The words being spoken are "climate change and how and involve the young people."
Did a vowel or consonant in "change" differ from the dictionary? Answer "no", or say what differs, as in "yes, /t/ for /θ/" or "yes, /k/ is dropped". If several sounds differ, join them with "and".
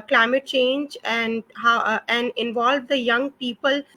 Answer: no